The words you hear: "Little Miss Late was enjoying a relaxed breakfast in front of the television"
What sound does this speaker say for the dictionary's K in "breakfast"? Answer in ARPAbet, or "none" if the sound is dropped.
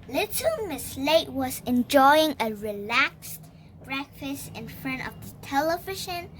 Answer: K